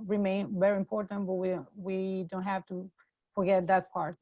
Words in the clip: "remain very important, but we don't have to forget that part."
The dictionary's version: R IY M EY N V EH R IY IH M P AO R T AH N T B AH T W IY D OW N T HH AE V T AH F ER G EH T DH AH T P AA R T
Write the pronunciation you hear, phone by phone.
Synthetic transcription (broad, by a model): R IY M EY N V EH R IY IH M P AO R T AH N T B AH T W IY D OW N T HH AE F T AH F ER G EH T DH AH T P AA R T